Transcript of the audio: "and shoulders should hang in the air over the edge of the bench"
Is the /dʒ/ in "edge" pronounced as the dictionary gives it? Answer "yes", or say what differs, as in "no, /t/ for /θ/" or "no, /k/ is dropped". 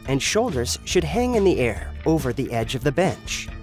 yes